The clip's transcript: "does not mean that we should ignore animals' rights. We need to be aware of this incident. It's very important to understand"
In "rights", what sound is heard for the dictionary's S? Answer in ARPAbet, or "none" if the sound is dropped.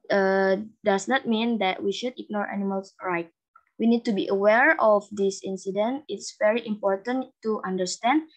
none